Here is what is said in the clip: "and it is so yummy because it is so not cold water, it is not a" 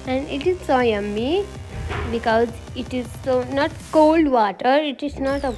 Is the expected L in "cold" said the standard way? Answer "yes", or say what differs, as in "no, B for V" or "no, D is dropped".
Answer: yes